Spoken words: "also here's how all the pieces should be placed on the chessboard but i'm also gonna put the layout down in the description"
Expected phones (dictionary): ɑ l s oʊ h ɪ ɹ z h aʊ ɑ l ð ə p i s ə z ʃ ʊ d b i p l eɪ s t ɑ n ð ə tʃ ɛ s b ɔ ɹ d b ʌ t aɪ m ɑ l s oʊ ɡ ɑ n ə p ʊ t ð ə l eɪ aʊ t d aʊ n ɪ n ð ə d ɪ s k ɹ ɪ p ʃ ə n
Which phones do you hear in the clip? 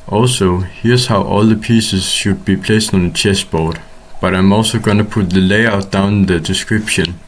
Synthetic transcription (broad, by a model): ɑ l s oʊ h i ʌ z h aʊ ɑ l ð ə p i s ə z ʃ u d b i p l eɪ s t n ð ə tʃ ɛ s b ɔ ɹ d b ʌ t aɪ m ɑ l s oʊ ɡ ɑ n ə p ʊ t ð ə l eɪ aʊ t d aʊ ɪ n ð ə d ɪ s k ɹ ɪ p ʃ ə n